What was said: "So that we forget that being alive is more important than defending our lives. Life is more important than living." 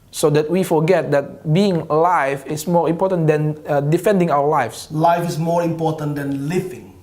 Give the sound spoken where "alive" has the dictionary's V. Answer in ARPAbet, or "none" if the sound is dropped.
F